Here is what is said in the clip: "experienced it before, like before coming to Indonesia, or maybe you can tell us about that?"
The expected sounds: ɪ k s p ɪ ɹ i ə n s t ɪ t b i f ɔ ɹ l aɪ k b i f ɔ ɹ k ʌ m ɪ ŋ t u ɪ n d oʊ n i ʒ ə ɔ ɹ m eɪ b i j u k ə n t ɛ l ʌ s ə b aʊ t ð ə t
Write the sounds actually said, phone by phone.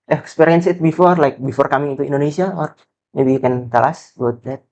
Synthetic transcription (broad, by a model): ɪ k s p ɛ ɹ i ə n s ɪ t b i f ɔ ɹ l aɪ k b i f ɔ ɹ k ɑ m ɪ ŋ t u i n d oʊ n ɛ s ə ɔ ɹ m eɪ b i k ə n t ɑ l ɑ s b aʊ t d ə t